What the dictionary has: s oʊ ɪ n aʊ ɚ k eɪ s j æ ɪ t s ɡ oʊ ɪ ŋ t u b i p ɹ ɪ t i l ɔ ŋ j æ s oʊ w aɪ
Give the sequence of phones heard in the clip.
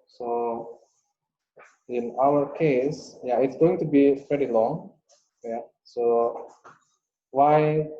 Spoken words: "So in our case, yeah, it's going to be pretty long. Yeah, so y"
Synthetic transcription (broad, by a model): s oʊ ɪ n aʊ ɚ k eɪ s j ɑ ɪ t s ɡ oʊ ɪ ŋ t u b i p ɛ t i l ɔ ŋ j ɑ s oʊ w aɪ